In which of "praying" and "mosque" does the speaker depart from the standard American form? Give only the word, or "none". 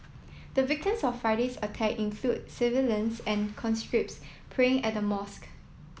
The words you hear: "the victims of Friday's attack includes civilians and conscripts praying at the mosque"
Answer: none